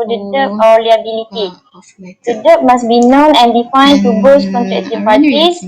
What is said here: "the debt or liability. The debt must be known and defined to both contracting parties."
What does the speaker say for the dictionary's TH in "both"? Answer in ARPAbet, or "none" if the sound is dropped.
S